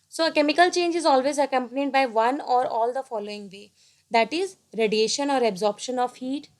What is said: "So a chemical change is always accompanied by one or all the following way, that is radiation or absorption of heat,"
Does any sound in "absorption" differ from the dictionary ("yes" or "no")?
no